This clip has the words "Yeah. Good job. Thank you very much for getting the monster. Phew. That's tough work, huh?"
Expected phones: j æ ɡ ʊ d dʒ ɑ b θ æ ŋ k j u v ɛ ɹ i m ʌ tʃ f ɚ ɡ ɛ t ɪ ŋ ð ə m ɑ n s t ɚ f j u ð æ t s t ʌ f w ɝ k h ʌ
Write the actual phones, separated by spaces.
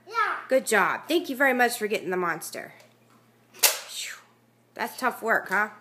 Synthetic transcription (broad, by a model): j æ ɡ ʊ d dʒ ɑ b θ æ ŋ k j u v ɛ ɹ i m ʌ tʃ f ɚ ɡ ɛ t ɪ ŋ ð ə m ɑ n s t ɚ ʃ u ð æ t s t ʌ f w ɝ k h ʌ